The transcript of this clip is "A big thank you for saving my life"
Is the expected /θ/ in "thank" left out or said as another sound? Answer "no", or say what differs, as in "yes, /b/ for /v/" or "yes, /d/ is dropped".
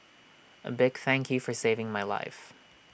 no